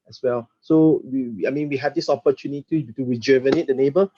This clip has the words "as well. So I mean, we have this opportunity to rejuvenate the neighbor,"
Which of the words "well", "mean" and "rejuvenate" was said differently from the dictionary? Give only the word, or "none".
rejuvenate